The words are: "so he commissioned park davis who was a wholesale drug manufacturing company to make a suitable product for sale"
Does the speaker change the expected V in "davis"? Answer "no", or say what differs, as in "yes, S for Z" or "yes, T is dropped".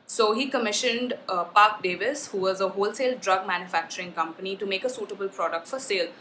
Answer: no